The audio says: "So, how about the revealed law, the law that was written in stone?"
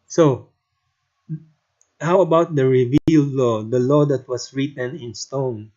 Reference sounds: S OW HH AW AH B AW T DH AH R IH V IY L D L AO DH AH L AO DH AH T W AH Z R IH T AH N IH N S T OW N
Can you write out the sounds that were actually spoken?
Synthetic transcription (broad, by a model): S OW HH AW AH B AW T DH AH R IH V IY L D L AO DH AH L AO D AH T W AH S R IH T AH N IH N S T OW N